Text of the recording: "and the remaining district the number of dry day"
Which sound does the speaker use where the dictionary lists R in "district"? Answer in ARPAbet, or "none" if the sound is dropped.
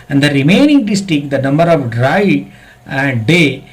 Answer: none